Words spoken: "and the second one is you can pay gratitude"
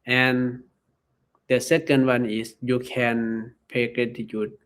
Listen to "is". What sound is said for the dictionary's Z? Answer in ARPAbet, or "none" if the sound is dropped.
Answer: S